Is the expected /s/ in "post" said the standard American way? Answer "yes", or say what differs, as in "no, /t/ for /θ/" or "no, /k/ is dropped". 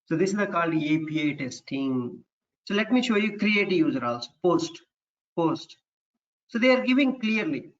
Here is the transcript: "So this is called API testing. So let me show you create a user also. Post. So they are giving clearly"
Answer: yes